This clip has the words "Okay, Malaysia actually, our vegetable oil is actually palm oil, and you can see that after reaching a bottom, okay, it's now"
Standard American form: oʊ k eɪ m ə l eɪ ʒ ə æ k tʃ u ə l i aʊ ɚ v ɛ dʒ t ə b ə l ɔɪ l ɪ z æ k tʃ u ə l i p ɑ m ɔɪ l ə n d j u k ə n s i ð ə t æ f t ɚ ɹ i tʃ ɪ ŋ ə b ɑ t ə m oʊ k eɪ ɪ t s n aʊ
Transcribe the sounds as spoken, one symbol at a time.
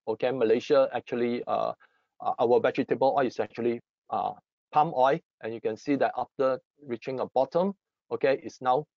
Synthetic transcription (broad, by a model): oʊ k eɪ m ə l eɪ ʃ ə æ k tʃ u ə l i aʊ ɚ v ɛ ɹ t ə b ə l ɔɪ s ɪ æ k tʃ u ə l i p ɑ m ɔɪ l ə n j u k ə n s i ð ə t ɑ f t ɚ ɹ i tʃ ɪ ŋ ə b ɑ t ə m oʊ k eɪ ɪ t s n aʊ